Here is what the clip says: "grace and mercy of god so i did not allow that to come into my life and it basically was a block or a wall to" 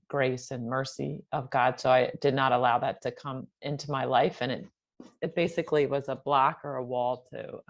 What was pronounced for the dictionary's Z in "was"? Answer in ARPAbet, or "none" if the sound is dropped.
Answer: Z